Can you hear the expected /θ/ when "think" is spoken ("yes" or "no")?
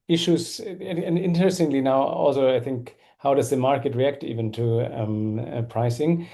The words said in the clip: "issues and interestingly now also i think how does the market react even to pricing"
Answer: yes